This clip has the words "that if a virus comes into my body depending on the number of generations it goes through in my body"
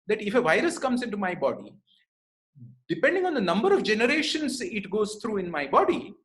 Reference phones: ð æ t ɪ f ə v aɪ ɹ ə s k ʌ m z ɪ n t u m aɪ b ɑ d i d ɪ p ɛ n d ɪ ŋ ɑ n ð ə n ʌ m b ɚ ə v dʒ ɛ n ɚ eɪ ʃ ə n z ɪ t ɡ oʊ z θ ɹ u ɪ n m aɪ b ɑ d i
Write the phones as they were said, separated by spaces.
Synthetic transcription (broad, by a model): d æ t ɪ f ə v aɪ ɹ ə s k ʌ m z ɪ n t u m aɪ b ɑ d i d ɪ p ɛ n d ɪ ŋ ɑ n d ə n ʌ m b ɚ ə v dʒ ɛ n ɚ eɪ ʃ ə n s ɪ t ɡ oʊ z t ɹ u ɪ n m aɪ b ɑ d i